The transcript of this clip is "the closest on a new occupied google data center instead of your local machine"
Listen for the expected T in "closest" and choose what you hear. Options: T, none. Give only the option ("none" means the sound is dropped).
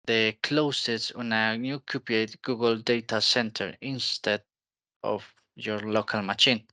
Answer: none